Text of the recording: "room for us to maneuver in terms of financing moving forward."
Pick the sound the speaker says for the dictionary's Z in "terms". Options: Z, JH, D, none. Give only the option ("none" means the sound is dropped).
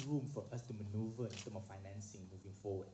none